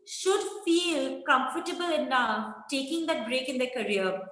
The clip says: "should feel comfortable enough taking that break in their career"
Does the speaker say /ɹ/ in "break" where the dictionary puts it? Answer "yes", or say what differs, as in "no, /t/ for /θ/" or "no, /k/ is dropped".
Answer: yes